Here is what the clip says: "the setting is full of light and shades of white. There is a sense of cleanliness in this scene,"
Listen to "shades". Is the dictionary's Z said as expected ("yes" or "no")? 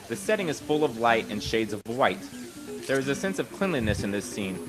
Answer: yes